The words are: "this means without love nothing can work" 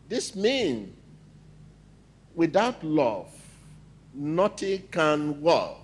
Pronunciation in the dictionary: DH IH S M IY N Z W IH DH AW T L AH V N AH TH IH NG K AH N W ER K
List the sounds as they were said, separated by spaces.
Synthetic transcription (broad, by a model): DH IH S M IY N W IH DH AW T L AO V N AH T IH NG K AH N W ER